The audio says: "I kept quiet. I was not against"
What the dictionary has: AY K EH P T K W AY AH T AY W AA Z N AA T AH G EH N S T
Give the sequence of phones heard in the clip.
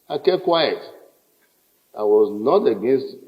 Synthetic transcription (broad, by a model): AY K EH T K W AY AH T AY W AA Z N AA T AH G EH N S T